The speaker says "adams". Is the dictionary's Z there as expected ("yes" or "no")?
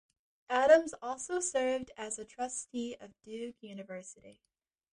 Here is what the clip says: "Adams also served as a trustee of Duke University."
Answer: yes